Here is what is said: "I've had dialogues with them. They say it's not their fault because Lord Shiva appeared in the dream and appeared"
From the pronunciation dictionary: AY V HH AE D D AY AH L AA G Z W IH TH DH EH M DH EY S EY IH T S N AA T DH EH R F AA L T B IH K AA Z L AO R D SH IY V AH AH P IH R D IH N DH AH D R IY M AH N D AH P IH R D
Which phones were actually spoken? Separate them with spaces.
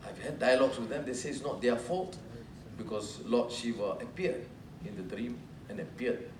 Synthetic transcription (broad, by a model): AY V HH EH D D AY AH L AA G S W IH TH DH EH M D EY S EY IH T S N AA T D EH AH F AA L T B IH K AA S L AO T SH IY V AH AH P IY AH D IH N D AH D R IY M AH N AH P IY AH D